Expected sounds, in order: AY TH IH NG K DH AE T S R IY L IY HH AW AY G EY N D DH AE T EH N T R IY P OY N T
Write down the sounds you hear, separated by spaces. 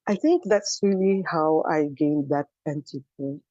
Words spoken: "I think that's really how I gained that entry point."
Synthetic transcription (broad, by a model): AY TH IH NG K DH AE T S R IY L IY HH AW AY G EY N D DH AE T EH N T IY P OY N